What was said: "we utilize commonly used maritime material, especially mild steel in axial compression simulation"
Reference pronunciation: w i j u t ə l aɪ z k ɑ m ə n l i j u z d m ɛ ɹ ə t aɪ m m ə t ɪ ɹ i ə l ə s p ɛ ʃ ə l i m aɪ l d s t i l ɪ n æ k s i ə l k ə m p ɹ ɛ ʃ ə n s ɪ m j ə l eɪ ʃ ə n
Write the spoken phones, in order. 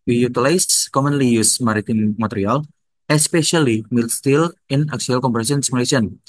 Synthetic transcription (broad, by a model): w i j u t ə l aɪ s k ɑ m ə n l i j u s m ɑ ɹ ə t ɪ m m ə t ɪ ɹ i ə l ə s p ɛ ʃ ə l i m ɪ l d s t i l ɪ n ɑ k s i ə l k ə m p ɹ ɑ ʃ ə n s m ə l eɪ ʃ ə n